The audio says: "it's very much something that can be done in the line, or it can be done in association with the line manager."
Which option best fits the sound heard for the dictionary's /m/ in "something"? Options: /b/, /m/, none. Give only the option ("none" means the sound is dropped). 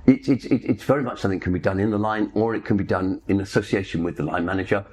none